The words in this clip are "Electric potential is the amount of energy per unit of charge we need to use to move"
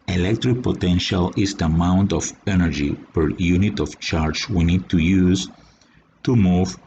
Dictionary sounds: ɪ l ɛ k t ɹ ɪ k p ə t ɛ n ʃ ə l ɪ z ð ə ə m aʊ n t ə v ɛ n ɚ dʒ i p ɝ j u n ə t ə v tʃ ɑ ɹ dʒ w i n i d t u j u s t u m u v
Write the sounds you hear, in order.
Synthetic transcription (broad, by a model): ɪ l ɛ k t ɹ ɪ k p ə t ɛ n ʃ ə l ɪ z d ə m aʊ n t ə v ɛ n ɚ dʒ i p ɝ j u n ə t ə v tʃ ɑ ɹ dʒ w i n i d t u j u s t u m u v